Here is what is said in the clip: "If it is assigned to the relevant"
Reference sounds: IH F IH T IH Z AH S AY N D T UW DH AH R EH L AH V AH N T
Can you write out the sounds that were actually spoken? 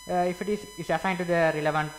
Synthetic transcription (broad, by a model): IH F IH T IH S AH S AY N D T UW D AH R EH L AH V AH N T